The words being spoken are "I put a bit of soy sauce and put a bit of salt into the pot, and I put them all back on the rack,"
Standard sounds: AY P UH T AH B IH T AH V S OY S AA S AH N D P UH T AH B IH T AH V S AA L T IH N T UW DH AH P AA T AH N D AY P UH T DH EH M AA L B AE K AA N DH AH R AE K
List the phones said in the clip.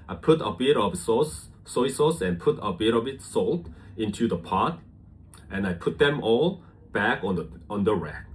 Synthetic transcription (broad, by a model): AY P UH T AH B IH T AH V S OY S AA S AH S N P UH T AH B IH T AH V S AA L T IH N T UW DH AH P AA T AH N AY P UH T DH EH M AA L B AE K AA N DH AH R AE K